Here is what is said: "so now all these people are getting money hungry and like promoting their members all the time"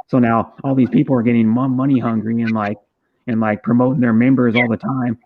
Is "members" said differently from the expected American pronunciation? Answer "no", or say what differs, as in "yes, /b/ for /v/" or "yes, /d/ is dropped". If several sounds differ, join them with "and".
no